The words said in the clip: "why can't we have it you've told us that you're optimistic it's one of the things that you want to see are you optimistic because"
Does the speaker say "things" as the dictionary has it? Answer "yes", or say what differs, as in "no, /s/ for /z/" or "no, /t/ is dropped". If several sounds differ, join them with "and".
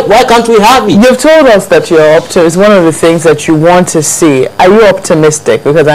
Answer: yes